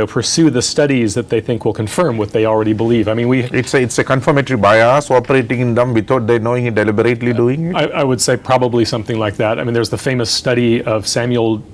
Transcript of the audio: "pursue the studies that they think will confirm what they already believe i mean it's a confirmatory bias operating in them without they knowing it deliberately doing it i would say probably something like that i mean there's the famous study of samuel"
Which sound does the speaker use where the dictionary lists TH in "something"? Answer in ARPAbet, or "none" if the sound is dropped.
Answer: TH